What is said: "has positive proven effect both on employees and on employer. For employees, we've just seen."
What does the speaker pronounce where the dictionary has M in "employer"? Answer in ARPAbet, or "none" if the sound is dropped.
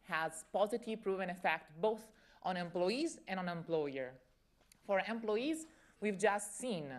M